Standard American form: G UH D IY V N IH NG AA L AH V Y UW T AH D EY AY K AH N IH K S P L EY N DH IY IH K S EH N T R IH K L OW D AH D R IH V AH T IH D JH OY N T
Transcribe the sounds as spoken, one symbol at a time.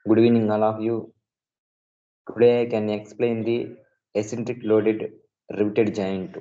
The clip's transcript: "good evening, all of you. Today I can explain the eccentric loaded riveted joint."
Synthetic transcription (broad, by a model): G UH D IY N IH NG AA L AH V Y UW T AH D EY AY K AH N IH K S P L EY N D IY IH S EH N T R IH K L OW D AH D R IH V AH T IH D JH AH N T